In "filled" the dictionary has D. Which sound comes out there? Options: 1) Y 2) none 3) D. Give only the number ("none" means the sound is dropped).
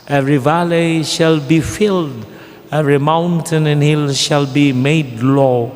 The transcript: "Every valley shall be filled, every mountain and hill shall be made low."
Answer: 3